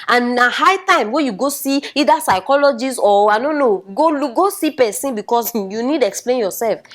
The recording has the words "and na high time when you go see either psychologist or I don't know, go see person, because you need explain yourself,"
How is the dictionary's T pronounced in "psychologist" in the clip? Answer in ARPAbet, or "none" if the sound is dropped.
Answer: none